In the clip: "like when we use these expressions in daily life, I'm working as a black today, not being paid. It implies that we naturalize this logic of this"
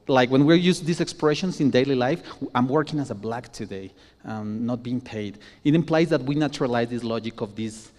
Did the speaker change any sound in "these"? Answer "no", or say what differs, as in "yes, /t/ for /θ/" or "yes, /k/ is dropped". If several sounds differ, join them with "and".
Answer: yes, /s/ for /z/